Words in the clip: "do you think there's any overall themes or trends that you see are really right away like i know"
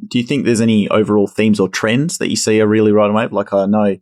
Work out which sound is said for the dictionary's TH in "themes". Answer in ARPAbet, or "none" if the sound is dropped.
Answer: TH